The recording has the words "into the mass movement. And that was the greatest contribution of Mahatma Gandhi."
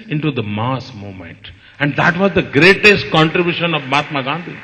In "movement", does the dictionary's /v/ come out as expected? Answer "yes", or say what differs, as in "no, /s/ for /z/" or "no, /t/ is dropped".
no, /v/ is dropped